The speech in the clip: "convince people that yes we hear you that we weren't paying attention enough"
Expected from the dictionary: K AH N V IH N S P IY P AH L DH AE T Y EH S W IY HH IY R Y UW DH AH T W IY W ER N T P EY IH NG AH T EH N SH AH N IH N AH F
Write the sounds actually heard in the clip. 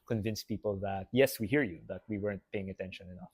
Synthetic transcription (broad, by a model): K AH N V IH N S P IY P AH L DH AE T Y EH S W IY HH IY R Y UW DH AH T W IY W ER N T P EY IH NG AH T EH N SH AH N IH N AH F